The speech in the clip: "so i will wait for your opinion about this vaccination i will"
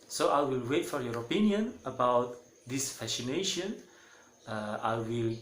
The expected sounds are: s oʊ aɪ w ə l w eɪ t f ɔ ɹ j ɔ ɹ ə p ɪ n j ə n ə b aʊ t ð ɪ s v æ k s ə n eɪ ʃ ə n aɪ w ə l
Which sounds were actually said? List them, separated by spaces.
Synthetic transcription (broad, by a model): s oʊ aɪ w ə l w eɪ t f ɔ ɹ j ɔ ɹ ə p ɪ n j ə n ə b aʊ t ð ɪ s f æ s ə n eɪ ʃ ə n aɪ w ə l